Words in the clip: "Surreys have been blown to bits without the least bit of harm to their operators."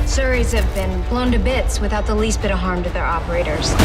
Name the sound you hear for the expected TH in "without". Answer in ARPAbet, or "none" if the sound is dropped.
TH